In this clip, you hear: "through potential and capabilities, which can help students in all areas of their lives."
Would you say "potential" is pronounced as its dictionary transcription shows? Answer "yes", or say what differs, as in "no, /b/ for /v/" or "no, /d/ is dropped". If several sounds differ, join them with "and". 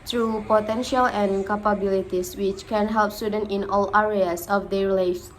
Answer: yes